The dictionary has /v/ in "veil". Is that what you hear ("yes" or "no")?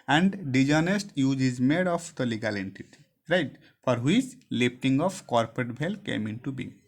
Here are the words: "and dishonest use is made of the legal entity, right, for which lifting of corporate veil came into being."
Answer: no